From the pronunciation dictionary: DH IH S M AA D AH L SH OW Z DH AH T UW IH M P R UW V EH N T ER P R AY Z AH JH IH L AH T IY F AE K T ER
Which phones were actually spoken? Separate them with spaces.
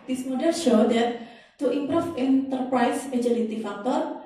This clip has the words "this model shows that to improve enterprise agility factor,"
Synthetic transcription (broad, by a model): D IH S M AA D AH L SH OW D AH T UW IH M P R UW F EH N T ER P R AY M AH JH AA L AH T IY F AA K T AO